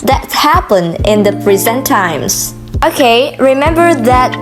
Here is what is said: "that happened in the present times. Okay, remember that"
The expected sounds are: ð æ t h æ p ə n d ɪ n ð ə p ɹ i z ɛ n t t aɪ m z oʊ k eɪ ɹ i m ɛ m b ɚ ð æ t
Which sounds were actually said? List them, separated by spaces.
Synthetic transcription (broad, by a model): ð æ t h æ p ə n ɪ n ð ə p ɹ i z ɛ n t t aɪ m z oʊ k eɪ ɹ i m ɛ m b ɚ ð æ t